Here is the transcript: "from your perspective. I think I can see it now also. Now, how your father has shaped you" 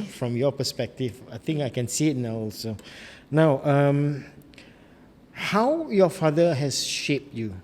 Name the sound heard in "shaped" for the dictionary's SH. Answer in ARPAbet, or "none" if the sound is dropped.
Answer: SH